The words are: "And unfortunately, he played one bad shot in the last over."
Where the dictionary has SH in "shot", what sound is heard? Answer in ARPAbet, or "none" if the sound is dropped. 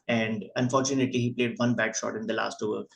SH